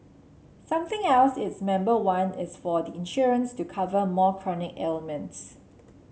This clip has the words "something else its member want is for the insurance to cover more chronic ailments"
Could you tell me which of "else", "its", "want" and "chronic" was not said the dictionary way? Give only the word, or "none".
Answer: want